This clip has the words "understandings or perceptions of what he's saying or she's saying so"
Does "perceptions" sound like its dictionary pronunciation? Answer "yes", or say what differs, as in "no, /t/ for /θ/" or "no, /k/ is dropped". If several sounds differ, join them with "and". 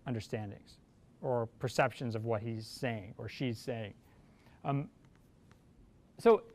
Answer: yes